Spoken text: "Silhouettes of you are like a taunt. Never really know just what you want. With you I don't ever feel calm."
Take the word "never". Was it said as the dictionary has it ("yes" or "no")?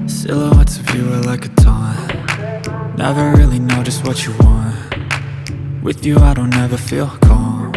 yes